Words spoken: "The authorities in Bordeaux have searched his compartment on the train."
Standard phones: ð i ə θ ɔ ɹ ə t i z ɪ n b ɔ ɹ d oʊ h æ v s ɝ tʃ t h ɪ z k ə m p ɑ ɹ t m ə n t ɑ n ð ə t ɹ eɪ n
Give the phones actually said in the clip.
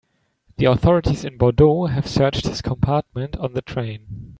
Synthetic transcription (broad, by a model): ð i ə θ ɔ ɹ ə t i z ɪ n b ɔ d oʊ h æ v s ɝ tʃ t h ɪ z k ə m p ɑ ɹ t m ə n t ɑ n ð ə t ɹ eɪ n